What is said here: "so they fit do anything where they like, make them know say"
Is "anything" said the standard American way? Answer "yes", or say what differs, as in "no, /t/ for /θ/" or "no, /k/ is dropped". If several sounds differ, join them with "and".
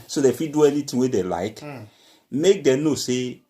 no, /t/ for /θ/